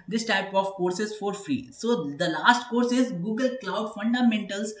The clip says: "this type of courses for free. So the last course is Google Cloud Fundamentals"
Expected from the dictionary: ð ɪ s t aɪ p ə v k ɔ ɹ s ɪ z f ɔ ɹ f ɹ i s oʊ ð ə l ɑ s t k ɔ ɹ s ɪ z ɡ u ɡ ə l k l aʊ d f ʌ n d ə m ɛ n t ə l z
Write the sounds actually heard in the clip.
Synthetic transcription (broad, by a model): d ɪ s t aɪ p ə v k ɔ ɹ s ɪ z f ɔ ɹ f ɹ i s oʊ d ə l ɑ s t k ɔ ɹ s ɪ z ɡ u ɡ ə l k l aʊ d f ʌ n d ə m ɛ n t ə l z